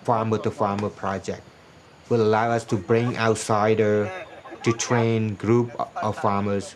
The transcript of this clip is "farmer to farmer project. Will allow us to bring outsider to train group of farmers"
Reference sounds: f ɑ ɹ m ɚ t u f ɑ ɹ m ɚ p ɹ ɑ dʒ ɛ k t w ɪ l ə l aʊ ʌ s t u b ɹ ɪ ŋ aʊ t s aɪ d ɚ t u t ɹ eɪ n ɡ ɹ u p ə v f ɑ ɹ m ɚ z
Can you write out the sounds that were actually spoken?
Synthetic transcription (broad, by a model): f ɑ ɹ m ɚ t u f ɑ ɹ m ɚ p ɹ ɑ dʒ ɛ k t w ɪ l ə l aʊ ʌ s t u b ɹ ɪ ŋ aʊ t s aɪ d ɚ t u t ɹ eɪ n ɡ ɹ u p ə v f ɑ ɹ m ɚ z